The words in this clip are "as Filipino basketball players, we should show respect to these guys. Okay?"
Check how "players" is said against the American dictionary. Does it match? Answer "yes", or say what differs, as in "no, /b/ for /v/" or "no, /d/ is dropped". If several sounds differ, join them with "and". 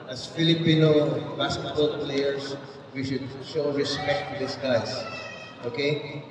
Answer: no, /s/ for /z/